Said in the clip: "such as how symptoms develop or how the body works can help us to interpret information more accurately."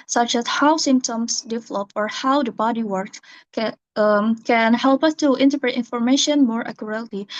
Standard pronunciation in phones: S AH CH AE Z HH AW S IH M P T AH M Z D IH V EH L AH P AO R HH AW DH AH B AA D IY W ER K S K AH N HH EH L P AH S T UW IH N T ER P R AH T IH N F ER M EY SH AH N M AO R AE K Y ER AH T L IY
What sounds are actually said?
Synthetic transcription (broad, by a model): S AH CH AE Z HH AW S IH M P T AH M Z D IH V EH L AH P AO R HH AW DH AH B AA D IY W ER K K AH N HH EH L P AH S T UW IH N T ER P R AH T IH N F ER M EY SH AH N M AO R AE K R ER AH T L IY